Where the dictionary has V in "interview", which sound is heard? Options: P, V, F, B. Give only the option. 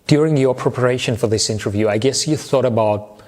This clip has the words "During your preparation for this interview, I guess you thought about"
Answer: V